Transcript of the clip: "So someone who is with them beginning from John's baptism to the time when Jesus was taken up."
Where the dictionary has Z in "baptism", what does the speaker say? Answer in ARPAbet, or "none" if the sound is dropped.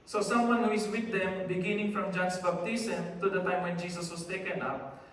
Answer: S